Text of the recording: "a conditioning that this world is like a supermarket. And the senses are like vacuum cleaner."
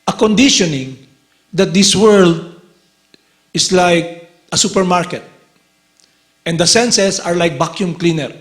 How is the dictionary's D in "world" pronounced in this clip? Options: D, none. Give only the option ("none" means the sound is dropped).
D